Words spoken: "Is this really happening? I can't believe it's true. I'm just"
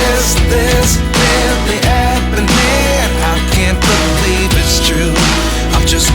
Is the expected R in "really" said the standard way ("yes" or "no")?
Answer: no